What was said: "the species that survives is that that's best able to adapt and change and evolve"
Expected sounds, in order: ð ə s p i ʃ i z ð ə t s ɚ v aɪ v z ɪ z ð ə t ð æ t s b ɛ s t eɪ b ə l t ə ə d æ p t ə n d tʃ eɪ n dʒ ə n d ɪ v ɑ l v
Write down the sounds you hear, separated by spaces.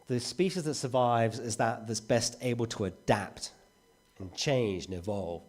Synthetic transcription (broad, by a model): ð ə s p i ʃ i z ð ə t s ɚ v aɪ v z ɪ z ð ə t ð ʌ t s b ɛ s t eɪ b ə l t ə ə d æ p t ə n tʃ eɪ n dʒ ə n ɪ v ɑ l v